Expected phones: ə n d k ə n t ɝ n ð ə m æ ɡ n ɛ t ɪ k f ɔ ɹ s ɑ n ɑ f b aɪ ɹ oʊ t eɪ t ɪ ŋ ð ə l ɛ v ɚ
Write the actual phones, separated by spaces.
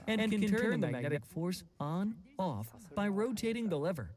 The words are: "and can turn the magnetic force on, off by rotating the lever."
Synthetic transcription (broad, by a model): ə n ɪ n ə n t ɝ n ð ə m æ ɡ n ɛ t ɪ k f ɔ ɹ s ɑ n ɑ f b aɪ ɹ oʊ t eɪ t ɪ ŋ ð ə l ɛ v ɚ